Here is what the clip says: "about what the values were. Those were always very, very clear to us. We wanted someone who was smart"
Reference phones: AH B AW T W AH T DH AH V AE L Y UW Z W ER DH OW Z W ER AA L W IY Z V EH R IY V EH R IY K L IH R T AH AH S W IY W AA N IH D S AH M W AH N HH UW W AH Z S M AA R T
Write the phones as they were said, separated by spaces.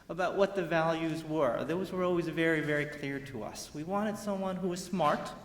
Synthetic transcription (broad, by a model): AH B AW T W AH T DH AH V AE L Y UW Z W ER DH OW Z W ER AA L W IY Z V EH R IY V EH R IY K L IH R T AH AH S W IY W AA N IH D S AH M W AH N HH UW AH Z S M AA R T